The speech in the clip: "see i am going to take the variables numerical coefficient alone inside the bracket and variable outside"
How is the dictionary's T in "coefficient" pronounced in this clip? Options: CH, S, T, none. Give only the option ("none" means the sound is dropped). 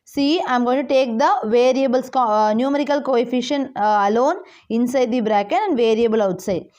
none